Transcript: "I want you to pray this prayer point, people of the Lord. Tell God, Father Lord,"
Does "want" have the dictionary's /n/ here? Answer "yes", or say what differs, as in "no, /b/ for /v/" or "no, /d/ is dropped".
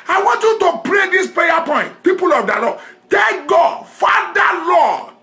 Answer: yes